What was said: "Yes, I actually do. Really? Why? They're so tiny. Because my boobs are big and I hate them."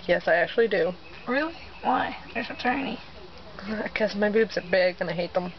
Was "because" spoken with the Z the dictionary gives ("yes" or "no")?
no